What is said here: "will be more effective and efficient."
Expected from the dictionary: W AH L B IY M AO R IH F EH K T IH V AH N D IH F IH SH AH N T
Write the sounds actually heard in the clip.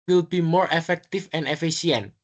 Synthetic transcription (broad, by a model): W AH L B IY M AO R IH F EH K T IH F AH N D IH F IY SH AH N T